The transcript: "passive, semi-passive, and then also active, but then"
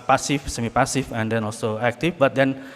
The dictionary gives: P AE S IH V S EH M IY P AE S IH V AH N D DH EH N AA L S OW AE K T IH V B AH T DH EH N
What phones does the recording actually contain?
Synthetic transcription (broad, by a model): P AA S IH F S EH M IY P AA S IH F AH N D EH N AA L S OW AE K T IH F B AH T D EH N